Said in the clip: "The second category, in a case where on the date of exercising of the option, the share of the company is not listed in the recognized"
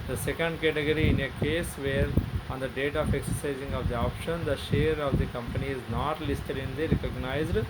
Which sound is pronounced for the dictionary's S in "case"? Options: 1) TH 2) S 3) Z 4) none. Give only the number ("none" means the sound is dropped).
2